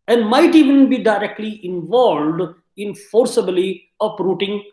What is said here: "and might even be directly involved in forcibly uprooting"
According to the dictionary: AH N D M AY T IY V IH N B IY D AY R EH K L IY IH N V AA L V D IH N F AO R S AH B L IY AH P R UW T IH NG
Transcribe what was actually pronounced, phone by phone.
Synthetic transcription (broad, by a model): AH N D M AY T IY V IH N B IY D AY R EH K L IY IH N V AA L V D IH N F AO R S AH B L IY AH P R UW T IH NG